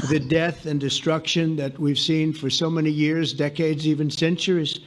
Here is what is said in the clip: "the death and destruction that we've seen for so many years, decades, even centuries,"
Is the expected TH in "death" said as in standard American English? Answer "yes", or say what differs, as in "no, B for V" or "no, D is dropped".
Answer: yes